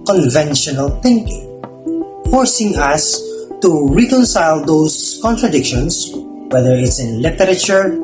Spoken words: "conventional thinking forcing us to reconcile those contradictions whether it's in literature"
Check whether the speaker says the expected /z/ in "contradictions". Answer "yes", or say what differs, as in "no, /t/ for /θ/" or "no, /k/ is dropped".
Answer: no, /s/ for /z/